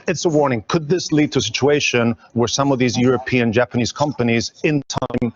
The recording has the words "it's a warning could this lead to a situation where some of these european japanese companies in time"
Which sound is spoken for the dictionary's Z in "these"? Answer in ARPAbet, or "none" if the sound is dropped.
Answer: Z